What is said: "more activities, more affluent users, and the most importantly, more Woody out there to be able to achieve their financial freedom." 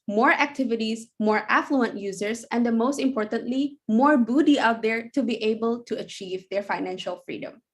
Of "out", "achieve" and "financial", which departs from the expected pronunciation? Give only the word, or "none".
none